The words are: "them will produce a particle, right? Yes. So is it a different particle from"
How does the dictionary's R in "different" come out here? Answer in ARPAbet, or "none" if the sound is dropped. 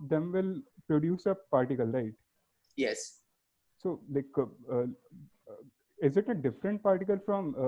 R